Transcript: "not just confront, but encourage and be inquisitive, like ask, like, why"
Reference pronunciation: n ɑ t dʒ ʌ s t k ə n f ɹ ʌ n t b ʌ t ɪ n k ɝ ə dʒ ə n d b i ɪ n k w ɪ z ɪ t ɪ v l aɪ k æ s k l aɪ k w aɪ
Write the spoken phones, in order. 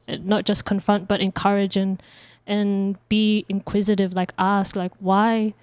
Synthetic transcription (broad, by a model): n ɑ t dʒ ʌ s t k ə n f ɹ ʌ n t b ʌ t ɪ n k ɝ ə dʒ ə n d b i ɪ n k w ɪ z ɪ t ɪ v l aɪ k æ s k l aɪ k w aɪ